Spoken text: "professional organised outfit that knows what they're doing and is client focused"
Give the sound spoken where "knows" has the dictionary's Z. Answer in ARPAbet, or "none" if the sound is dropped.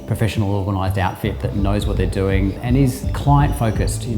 Z